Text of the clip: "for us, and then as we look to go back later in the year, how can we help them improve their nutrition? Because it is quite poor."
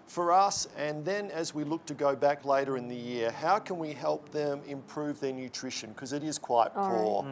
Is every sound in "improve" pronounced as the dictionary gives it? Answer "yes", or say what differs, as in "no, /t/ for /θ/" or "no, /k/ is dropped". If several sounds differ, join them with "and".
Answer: yes